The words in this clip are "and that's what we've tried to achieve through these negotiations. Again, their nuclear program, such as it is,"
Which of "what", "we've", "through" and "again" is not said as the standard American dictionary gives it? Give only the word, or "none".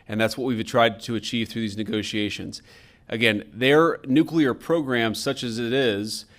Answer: none